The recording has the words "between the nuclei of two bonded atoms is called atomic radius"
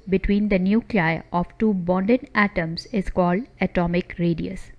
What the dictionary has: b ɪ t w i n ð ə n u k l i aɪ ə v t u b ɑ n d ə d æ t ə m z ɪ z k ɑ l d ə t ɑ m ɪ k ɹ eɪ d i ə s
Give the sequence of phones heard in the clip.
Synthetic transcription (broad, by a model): b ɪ t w i n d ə n u k l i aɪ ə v t u b ɑ n d ə d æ t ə m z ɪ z k ɑ l d ə t ɑ m ɪ k ɹ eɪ d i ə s